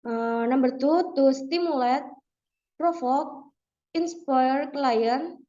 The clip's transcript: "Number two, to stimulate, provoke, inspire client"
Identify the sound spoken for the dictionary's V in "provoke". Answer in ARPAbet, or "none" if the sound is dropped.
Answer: F